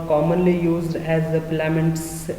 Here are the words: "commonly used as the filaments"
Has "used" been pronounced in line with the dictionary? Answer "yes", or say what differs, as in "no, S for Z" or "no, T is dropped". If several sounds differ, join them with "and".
yes